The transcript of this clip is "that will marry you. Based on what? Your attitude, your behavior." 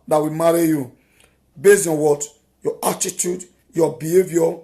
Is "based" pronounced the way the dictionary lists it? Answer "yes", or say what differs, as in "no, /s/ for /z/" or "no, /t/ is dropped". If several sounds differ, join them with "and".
no, /t/ is dropped